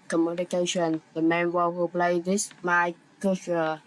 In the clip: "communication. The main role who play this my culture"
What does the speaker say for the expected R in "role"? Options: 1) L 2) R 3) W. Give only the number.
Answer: 3